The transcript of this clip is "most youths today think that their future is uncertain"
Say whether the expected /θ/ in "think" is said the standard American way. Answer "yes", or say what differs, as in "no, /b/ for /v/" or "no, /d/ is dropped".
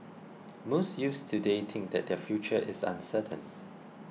no, /t/ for /θ/